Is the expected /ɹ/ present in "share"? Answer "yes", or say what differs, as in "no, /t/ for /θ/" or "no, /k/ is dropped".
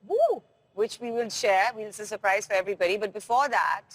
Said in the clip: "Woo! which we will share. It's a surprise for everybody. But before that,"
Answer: no, /w/ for /ɹ/